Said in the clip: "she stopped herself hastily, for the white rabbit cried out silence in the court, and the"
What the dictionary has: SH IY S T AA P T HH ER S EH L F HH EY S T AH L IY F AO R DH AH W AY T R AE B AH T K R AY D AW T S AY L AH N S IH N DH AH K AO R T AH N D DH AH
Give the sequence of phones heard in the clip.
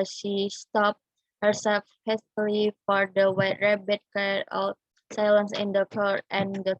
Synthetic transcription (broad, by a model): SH IY S T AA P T HH ER S EH L F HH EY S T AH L IY F AO R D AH W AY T R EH B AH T K AY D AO S AY L AH N S IH N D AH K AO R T AH N D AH